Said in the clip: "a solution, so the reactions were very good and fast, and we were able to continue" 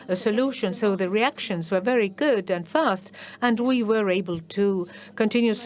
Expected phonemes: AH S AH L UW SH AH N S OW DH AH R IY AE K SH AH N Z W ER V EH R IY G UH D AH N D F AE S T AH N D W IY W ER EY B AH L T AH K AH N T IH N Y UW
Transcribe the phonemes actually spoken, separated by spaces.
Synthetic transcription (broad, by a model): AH S AH L UW SH AH N S OW DH AH R IY AE K SH AH N Z W ER V EH R IY G UH D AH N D F AE S T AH N W IY W ER EY B AH L T AH K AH N T IH N Y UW